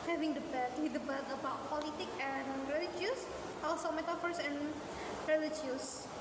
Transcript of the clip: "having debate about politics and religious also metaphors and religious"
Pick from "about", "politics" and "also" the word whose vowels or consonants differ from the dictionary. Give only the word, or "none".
politics